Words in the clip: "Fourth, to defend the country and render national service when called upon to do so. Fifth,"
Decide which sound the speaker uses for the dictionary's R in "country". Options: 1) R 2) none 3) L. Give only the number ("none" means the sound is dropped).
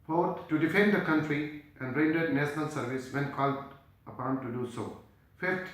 1